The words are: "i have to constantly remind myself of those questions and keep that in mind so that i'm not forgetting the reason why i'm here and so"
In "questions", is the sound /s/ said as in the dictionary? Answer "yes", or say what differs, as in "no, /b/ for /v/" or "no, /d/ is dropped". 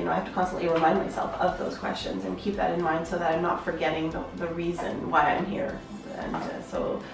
yes